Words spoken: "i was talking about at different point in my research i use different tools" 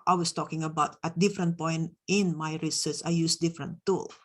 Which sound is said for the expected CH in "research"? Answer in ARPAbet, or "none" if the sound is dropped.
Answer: S